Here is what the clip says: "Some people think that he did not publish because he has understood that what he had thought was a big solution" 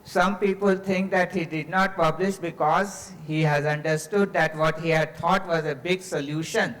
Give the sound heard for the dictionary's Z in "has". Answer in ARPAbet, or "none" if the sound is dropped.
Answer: Z